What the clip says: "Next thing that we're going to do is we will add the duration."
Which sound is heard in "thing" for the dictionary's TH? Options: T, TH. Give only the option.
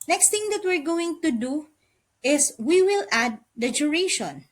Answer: T